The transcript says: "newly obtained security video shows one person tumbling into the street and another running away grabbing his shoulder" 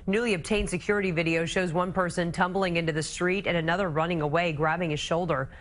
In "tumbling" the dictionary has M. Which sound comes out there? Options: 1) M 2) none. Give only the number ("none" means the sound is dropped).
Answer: 1